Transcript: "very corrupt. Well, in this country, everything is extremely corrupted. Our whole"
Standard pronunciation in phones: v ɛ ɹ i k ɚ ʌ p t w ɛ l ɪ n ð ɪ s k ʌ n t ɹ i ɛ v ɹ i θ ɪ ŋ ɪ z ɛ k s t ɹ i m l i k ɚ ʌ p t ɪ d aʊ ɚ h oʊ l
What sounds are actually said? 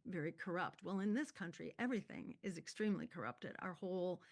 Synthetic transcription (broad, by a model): v ɛ ɹ i k ɚ ʌ p t w ɛ l ɪ n ð ɪ s k ʌ n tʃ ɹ i ɛ v ɹ i θ ɪ ŋ ɪ z ɛ k s t ɹ i m l i k ɚ ʌ p t ɪ d aʊ ɚ h oʊ l